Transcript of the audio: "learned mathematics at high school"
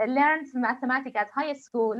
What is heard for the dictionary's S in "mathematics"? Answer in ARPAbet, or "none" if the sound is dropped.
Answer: none